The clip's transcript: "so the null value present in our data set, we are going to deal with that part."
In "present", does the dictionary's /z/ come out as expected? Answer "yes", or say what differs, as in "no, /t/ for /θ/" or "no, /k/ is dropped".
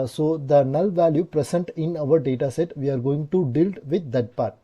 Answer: no, /s/ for /z/